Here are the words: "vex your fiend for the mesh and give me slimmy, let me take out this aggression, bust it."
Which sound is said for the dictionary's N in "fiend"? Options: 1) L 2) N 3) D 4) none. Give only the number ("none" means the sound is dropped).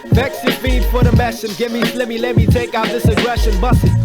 4